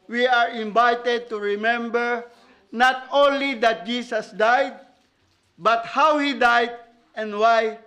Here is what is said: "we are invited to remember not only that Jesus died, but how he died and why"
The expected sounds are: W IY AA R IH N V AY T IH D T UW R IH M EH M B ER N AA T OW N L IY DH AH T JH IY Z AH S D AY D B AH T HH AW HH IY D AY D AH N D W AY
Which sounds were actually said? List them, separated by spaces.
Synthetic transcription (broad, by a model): W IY AA R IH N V AY T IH D T UW R IH M EH M B ER N AA T OW N L IY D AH T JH IY S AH S D AY D B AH T HH AW HH IY D AY D AH N D W AY